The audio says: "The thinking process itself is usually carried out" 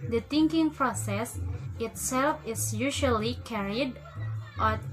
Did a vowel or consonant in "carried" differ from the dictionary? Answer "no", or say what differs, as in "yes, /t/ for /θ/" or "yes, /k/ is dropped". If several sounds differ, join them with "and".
no